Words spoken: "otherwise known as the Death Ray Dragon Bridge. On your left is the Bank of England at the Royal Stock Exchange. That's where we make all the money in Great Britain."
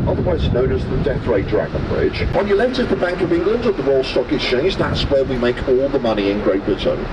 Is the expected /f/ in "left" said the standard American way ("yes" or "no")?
no